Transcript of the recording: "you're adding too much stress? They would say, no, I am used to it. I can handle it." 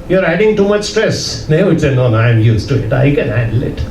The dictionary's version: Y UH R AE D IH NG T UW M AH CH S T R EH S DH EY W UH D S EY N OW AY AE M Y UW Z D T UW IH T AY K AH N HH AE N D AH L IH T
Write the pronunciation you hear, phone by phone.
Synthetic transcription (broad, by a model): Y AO R AE D IH NG T UW M AH CH S T R EH S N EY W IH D S EY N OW AY M Y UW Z T UW IH T AY K AH N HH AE D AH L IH T